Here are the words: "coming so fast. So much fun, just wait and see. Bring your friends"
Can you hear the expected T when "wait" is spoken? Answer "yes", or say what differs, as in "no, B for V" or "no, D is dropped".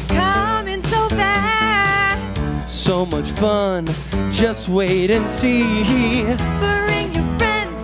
yes